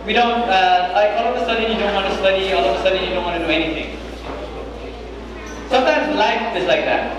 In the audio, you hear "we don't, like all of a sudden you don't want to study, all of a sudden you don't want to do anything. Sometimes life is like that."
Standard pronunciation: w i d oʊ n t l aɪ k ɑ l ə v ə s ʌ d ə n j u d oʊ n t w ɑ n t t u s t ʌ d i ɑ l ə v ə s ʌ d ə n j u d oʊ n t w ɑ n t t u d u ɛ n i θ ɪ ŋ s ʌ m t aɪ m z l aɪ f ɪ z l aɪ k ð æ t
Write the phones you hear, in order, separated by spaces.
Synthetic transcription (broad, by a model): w i d oʊ n t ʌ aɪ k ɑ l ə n ə s ʌ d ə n j u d oʊ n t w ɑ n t t u s t ʌ d i ɑ l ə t ə s ʌ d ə j u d oʊ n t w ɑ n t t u d u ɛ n i t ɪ ŋ s ʌ m t aɪ m z l aɪ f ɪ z l aɪ k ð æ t